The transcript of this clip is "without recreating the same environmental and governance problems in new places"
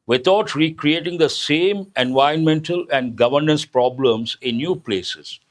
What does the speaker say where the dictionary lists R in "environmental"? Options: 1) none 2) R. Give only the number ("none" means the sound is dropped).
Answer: 1